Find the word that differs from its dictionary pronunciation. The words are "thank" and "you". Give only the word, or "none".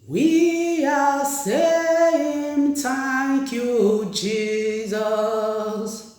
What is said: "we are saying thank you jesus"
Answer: thank